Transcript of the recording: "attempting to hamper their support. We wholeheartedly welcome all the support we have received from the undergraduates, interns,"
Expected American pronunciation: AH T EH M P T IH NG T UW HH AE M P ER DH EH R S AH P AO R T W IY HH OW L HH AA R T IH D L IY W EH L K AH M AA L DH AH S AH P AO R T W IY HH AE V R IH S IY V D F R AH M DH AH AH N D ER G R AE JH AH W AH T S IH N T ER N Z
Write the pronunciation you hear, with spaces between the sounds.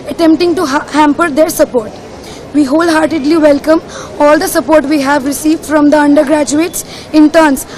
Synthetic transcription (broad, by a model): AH T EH M P T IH NG T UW HH AE M P ER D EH R S AH P AO R T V IY HH OW L HH AA R T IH D L IY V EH L K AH M AA L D AH S AH P AO R T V IY HH AE V R IH S IY V D F R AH M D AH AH N D ER G R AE JH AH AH T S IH N T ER N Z